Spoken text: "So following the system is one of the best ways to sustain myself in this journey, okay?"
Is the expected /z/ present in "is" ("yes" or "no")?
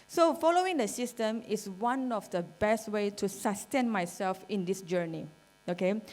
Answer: no